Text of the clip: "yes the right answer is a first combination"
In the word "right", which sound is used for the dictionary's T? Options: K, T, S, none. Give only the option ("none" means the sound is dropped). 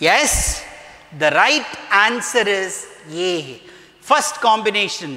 T